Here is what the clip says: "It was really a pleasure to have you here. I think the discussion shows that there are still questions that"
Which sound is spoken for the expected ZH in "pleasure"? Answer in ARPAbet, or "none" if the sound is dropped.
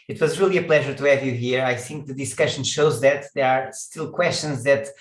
ZH